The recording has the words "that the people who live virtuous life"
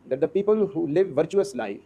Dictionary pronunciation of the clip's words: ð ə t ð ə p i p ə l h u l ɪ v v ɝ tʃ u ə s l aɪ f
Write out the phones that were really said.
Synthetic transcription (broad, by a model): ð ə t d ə p i p ə l h u l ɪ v v ɝ tʃ u ə s l aɪ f